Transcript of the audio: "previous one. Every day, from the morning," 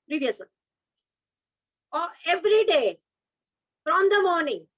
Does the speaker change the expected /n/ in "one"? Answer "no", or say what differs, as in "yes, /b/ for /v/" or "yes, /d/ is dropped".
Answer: yes, /n/ is dropped